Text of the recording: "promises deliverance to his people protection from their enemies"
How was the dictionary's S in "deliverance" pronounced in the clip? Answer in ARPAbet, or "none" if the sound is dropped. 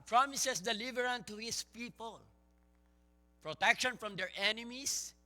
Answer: none